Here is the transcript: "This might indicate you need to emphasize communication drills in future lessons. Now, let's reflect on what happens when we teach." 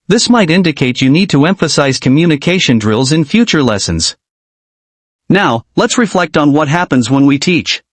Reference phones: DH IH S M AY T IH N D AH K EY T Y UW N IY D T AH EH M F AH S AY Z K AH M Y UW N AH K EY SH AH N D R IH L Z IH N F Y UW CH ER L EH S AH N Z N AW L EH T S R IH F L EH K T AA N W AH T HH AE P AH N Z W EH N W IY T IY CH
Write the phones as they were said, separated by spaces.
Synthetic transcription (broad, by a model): DH IH S M AY T IH N D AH K EY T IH N IY D T AH EH M F AH S AY Z K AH M Y UW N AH K EY SH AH N D R IH L Z IH N F Y UW CH ER L EH S AH N Z N AW L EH T S R IH F L EH K T N W AH T HH AE P AH N Z W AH N W IY T IY CH